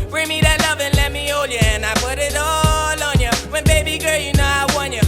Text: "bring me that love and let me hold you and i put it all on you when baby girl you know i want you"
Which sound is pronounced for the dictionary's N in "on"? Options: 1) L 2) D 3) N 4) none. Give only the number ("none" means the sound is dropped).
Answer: 3